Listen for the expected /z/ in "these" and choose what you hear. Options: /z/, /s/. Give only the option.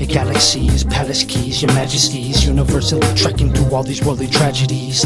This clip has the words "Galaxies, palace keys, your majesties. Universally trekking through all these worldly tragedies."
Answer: /z/